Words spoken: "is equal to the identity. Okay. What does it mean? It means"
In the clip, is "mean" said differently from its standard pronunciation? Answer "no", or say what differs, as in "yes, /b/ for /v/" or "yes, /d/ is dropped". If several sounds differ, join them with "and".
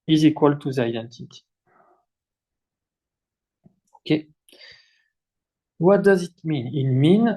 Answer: no